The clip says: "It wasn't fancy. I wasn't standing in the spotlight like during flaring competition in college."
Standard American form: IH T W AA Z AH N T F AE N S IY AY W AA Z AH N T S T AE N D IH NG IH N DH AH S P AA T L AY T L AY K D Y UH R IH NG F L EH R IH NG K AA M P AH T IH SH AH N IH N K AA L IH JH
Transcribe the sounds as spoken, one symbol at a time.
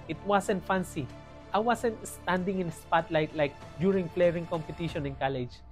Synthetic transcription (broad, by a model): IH T W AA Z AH N T F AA N S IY AY W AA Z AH N T S T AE N D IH NG IH N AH S P AA T L AY T L AY K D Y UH R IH NG P L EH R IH NG K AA M P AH T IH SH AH N IH N K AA L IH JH